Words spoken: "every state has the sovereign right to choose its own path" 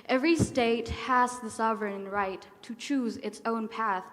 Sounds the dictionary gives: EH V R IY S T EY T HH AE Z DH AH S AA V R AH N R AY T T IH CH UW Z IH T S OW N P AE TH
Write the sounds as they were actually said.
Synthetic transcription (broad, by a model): EH V R IY S T EY T HH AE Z DH AH S AA V R AH N R AY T T IH CH UW Z IH T S OW N P AE TH